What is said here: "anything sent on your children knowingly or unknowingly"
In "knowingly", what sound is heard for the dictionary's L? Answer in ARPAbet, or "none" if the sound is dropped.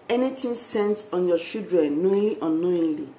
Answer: none